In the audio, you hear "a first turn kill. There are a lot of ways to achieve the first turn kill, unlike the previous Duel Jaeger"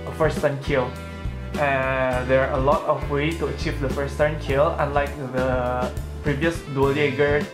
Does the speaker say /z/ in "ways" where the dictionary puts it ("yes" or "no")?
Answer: no